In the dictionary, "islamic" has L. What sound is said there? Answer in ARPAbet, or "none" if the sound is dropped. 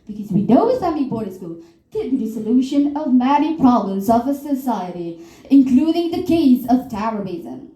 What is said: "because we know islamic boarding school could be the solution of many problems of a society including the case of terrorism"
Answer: none